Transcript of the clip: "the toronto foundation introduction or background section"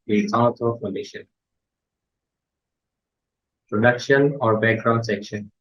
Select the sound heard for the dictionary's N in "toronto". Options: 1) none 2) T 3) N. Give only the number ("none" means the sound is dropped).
1